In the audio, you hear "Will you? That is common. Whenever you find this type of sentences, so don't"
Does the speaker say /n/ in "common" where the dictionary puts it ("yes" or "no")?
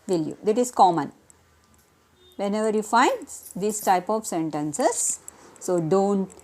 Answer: yes